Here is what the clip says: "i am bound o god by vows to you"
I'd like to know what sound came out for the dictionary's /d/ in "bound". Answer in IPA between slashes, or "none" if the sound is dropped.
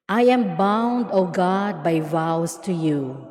/d/